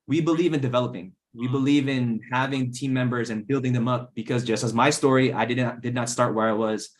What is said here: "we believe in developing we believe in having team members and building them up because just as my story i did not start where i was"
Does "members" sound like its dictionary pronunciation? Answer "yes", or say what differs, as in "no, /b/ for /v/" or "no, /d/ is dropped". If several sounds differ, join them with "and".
yes